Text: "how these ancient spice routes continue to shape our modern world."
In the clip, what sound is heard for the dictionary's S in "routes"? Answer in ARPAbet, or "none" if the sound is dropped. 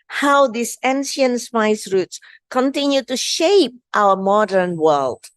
S